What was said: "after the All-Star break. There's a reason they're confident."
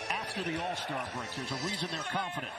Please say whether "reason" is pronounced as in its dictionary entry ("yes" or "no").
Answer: yes